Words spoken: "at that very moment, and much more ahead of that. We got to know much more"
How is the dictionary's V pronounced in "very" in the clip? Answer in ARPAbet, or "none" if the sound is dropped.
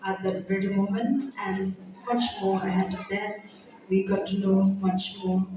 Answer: B